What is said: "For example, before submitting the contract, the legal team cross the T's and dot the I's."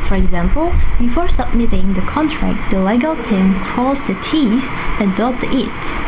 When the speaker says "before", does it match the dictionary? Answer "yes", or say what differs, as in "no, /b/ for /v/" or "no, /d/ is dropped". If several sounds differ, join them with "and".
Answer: yes